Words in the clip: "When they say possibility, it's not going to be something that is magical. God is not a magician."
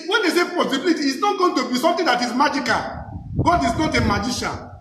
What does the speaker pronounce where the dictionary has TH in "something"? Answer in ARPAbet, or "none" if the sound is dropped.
T